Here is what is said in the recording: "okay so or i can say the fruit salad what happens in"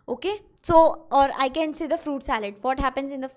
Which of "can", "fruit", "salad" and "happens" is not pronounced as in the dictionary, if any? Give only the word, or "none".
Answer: none